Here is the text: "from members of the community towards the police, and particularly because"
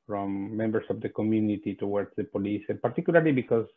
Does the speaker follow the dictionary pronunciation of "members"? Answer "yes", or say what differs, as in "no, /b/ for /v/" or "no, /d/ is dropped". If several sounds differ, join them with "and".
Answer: no, /s/ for /z/